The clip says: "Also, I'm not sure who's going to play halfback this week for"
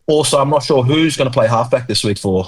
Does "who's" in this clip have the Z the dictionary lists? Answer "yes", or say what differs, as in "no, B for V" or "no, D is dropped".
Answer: yes